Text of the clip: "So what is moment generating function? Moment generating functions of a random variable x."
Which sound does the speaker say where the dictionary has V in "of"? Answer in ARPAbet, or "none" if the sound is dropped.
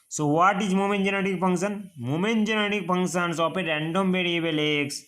P